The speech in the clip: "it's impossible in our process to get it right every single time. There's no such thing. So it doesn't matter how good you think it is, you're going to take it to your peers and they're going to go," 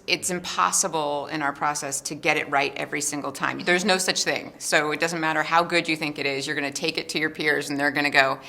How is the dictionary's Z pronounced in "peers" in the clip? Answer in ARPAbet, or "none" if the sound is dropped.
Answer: Z